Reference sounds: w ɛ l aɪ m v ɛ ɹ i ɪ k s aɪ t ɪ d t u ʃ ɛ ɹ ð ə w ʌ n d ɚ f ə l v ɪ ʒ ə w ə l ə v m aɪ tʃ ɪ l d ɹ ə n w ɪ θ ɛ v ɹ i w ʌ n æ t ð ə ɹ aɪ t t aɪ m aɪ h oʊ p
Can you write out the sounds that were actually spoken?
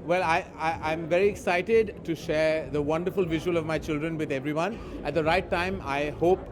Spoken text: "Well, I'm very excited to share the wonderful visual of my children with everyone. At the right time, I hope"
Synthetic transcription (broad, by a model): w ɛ l aɪ m v ɛ ɹ i ɪ k s aɪ t ɪ d t u ʃ ɛ ɹ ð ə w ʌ n d ɚ f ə l v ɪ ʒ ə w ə l ə v m aɪ tʃ ɪ l d ɹ ə n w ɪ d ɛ v ɹ i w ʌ n æ t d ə ɹ aɪ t t aɪ m aɪ h oʊ p